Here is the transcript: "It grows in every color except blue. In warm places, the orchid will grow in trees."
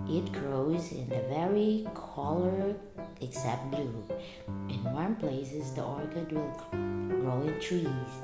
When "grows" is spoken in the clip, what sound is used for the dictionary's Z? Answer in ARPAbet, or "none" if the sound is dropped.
Z